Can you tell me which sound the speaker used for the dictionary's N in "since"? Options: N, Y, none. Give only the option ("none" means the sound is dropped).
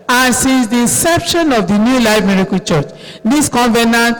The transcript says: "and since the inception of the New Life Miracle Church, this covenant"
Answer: none